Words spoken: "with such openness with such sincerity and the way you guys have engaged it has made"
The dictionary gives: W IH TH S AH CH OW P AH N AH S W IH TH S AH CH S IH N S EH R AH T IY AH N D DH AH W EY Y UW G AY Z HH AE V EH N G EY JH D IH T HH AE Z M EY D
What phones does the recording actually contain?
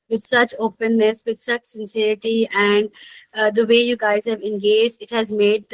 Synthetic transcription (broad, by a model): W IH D S AH CH OW P AH N AH S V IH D S AH CH S IH N S EH R AH T IY AH N D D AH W EY Y UW G AY Z HH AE V EH N G EY JH D IH T HH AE Z M EY D